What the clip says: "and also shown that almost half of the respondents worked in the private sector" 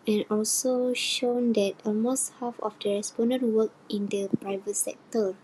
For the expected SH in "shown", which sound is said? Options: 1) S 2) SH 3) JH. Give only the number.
2